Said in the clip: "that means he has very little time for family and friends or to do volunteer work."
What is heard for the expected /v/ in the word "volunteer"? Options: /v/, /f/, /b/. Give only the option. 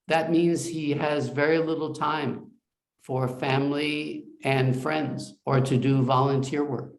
/v/